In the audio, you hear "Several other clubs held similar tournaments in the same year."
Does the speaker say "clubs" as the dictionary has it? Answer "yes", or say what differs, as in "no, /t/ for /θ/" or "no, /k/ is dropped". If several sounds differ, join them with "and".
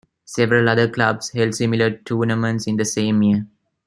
no, /s/ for /z/